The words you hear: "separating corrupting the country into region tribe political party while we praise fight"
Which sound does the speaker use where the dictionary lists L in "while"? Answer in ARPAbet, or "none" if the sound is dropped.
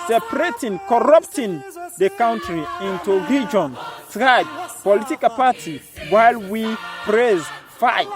L